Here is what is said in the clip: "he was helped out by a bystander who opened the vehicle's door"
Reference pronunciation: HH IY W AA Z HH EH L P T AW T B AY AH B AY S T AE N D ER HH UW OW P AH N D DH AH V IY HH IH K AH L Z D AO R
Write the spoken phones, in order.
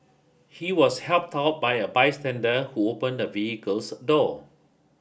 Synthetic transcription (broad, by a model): HH IY W AA S HH EH L P T AW T B AY AH B AY S T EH N D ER HH UW OW P AH N D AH V IY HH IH K AH L S D AO